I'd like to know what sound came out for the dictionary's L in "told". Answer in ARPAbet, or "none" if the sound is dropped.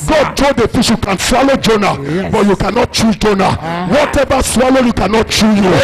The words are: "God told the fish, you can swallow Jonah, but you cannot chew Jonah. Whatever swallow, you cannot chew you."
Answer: none